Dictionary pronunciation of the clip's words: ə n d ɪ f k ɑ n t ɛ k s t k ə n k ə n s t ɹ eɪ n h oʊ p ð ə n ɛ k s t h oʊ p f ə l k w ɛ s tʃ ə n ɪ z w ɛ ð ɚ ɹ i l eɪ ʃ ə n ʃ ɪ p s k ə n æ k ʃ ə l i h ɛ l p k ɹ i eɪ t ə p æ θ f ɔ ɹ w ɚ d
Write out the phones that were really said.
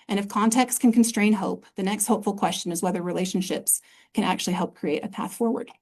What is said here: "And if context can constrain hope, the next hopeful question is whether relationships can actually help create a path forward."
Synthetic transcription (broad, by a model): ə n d ɪ f k ɑ n t ɛ k s t k ə n k n s t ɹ eɪ n h oʊ p ð ə n ɛ k s t h oʊ p f l k w ɛ s tʃ ə n ɪ z w ɛ ð ɚ ɹ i l eɪ ʃ n ʃ ɪ p s k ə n æ k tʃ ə l i h ɛ l p k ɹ i eɪ t ə p æ θ f ɔ ɹ w ɚ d